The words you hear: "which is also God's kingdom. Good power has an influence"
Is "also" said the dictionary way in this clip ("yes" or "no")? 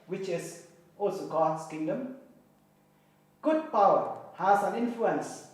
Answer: yes